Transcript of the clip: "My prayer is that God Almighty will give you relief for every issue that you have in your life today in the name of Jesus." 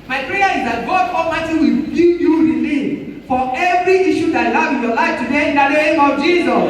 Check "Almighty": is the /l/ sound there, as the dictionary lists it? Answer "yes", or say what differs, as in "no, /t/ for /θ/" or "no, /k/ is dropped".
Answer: no, /l/ is dropped